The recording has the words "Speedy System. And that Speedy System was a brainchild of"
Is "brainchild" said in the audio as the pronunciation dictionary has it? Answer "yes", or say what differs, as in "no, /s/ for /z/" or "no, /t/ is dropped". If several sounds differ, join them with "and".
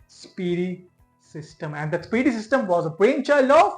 no, /d/ is dropped